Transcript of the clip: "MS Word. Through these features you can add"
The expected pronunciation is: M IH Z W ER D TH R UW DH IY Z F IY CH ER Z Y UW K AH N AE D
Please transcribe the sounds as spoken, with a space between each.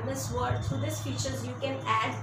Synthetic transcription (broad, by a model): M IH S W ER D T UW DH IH S F IY CH ER Z Y UW K AH N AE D